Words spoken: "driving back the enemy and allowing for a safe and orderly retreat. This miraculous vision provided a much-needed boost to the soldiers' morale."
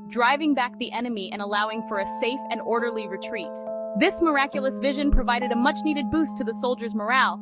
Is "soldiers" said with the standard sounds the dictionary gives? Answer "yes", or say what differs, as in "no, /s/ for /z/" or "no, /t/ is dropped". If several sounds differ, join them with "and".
yes